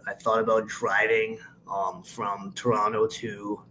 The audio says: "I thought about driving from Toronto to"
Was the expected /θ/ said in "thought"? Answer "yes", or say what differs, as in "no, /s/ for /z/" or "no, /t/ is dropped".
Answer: yes